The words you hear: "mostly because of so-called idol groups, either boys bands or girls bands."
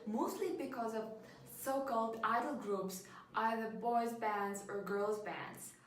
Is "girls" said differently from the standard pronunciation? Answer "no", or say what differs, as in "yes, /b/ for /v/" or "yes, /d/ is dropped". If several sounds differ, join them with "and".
no